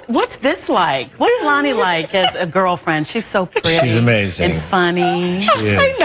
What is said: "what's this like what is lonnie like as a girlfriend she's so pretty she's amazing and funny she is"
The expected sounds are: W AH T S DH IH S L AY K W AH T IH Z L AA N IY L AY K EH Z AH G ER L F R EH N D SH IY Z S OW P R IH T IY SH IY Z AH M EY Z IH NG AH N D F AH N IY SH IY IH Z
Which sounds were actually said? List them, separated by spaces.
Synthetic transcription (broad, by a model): W AH T S DH IH S L AY K W AH T IH Z L AA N IY L AY K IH Z AH G ER L F R EH N D SH IY Z S OW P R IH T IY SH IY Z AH M EY Z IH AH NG F AH N IY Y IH